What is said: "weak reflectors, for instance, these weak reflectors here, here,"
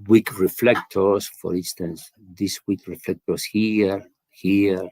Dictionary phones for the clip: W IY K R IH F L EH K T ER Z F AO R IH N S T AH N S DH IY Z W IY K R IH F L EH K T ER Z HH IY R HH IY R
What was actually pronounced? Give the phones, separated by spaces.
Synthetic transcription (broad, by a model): W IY K R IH F L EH K T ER S F AO R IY N S T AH N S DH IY S W IY K R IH F L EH K T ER S HH IY R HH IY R